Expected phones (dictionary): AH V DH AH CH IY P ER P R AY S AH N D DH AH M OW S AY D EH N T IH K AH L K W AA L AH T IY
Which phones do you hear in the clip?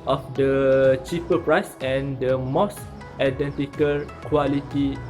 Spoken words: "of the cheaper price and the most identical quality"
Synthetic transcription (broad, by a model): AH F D AH CH IY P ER P R AY S AH N D AH M OW S AY D EH N T IH K AH L K W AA L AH T IY